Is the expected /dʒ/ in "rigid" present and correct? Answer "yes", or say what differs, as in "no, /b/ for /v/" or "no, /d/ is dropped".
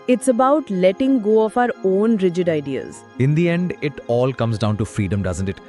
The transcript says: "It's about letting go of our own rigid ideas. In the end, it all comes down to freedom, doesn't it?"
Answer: yes